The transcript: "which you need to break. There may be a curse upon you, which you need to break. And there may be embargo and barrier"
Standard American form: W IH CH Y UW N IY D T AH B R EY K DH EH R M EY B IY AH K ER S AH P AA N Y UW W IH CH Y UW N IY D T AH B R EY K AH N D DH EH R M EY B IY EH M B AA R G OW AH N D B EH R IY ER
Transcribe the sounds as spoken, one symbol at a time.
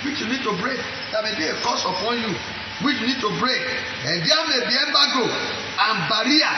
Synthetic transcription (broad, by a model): W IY CH Y UW N IY D T AH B R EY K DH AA M EY B IY AH K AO S AH P AA N Y UW W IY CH Y UW N IY D T AH B R EY K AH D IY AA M EY B IY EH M B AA G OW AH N B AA R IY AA